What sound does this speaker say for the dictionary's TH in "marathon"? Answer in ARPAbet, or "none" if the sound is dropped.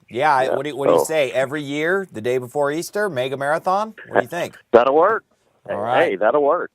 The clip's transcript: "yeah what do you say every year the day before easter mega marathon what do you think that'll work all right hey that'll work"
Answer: TH